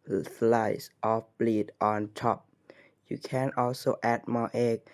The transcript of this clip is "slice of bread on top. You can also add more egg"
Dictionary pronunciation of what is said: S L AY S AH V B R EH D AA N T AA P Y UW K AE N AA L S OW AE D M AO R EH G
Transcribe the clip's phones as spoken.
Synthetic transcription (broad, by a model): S L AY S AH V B L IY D AA N T AA P Y UW K AE N AA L S OW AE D M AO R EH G